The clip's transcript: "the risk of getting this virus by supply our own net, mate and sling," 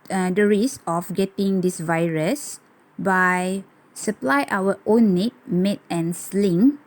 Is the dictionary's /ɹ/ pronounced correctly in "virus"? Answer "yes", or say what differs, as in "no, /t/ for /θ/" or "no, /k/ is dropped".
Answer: yes